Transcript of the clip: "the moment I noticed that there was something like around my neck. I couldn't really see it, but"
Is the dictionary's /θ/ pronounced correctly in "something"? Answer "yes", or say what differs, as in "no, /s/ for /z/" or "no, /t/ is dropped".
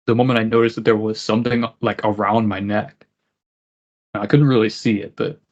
yes